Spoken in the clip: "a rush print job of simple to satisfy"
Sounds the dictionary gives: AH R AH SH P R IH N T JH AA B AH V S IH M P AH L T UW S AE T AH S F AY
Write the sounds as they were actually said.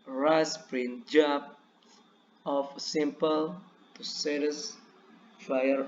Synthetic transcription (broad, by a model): R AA S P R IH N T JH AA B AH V S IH M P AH L T UW S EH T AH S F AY